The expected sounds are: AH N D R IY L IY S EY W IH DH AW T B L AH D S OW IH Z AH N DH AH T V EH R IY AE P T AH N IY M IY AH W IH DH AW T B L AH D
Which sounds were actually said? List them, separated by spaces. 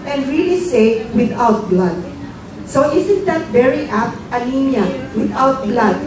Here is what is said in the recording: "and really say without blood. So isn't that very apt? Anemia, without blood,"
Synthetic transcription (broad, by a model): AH N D R IY L IY S EY W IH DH AW T B L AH D S OW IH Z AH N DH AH T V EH R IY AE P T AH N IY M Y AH W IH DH AW T B L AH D